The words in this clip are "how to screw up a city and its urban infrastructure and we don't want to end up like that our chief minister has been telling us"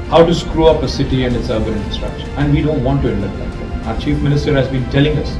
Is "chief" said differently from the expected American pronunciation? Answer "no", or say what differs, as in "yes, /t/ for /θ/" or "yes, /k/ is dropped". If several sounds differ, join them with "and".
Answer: no